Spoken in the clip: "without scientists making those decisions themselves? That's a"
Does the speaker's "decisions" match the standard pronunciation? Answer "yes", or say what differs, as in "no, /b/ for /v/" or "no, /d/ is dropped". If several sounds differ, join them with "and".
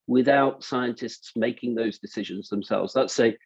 yes